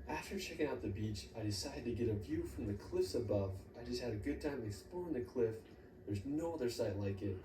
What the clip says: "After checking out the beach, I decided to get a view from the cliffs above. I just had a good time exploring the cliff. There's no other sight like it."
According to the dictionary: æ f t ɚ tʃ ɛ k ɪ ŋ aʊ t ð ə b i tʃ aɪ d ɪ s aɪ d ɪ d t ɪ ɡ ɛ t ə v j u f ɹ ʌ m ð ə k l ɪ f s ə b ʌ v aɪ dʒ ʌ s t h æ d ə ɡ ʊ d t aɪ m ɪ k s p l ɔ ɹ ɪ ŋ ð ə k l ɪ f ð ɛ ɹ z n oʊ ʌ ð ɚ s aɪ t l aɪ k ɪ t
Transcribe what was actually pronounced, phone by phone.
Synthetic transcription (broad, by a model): æ f t ɚ tʃ ɛ k ɪ ŋ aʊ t ð ə b i tʃ aɪ d ɪ s aɪ d ɪ d t ɪ ɡ ɛ t ə v j u f ɹ ʌ m ð ə k l ɪ f s ə b ʌ v aɪ dʒ ʌ s t h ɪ d ə ɡ ʊ d t aɪ m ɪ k s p ɔ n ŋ ð ə k l ɪ f ð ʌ ɹ z n oʊ ʌ ð ɚ s aɪ t l aɪ k ɪ t